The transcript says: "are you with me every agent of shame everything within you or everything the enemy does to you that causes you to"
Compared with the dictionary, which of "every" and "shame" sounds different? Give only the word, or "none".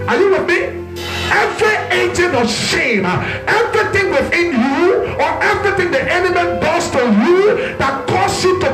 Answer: none